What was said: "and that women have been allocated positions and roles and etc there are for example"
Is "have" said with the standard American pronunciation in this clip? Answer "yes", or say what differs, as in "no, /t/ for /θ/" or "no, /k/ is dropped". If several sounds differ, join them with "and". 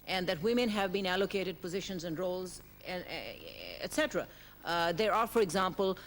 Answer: yes